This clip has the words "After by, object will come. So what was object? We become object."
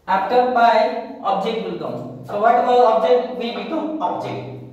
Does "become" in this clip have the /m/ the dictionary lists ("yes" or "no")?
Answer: no